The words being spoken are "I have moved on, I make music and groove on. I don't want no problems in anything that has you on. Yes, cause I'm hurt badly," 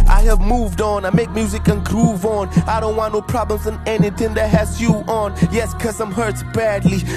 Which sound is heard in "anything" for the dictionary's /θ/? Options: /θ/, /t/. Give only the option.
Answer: /θ/